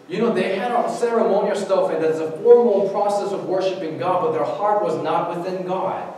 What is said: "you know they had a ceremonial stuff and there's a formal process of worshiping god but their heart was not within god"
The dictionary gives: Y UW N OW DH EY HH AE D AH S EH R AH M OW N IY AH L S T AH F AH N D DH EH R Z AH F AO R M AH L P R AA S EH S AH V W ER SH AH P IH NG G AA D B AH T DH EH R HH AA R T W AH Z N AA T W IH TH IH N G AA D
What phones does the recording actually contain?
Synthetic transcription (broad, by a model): Y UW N OW DH EY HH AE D AH S EH R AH M OW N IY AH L S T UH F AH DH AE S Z AH F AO R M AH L P R AA S EH S AH V W ER SH AH P IH NG G AA D B AH T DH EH R HH AA R T W AH Z N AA T W IH TH IH N G AA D